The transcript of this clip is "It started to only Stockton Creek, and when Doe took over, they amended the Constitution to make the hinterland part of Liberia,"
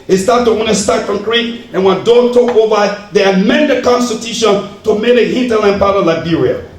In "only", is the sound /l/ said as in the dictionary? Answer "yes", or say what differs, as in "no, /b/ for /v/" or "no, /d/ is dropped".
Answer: no, /l/ is dropped